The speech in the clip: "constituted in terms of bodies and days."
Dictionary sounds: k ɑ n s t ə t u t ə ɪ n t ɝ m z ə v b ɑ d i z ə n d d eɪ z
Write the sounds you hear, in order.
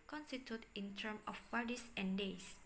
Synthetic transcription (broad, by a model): k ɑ n s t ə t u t ɪ n t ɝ m ə f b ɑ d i s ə n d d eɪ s